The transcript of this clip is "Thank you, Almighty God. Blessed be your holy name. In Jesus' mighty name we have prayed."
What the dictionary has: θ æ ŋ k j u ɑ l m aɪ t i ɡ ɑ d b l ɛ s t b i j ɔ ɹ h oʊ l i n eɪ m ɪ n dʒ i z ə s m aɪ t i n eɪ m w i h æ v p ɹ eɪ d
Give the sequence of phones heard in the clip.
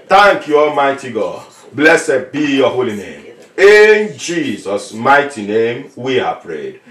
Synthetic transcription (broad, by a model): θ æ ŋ k j u ɑ l m aɪ t i ɡ ɑ d b l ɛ s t b i j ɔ h oʊ l i n eɪ m ɪ n dʒ i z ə s m aɪ t i n eɪ m w i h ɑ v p ɹ eɪ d